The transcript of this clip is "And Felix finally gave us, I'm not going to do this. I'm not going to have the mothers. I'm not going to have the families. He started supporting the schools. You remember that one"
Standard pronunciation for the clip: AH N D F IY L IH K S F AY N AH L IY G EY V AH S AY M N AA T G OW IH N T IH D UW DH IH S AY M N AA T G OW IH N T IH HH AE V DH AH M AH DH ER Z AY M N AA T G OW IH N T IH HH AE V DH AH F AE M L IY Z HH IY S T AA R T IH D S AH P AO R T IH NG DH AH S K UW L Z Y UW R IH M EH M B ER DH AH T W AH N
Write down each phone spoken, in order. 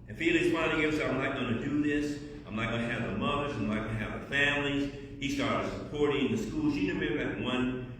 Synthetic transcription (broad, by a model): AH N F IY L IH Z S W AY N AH IY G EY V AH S AY M N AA T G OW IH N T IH D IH DH IH S AY M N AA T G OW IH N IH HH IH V DH AH M AH DH ER Z AY M L AA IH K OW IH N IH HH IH V DH AH F AE M L IY Z HH IY S T AA R T IH D S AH P AO R T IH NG DH AH S K UW L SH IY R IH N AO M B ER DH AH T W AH N